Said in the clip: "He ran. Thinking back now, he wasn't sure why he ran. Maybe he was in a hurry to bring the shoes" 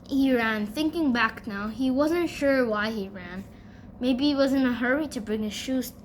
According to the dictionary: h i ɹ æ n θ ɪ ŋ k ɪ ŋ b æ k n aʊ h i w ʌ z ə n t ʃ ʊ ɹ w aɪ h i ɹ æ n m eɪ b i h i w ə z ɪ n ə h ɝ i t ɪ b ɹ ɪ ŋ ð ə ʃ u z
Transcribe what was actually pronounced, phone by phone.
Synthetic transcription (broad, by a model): h i ɹ æ n θ ɪ ŋ k ɪ ŋ b æ k n aʊ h i w ʌ z ə n t ʃ ʊ ɹ w aɪ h i ɹ æ n m eɪ b i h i w ə z ɪ n ə h ɝ i t ɪ b ɹ ɪ ŋ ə ʃ u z